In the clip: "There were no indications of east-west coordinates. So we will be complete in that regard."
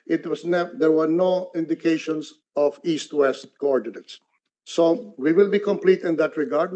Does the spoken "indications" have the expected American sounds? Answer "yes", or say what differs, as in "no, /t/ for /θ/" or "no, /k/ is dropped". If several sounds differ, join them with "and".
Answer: no, /s/ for /z/